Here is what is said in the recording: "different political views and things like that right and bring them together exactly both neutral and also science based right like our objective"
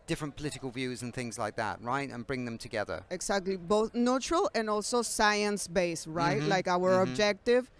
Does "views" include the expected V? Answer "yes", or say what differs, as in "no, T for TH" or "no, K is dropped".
yes